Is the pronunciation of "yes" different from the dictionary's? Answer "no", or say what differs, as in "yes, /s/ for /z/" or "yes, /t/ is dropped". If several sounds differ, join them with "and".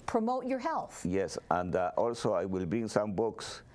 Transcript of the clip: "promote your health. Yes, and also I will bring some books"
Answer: no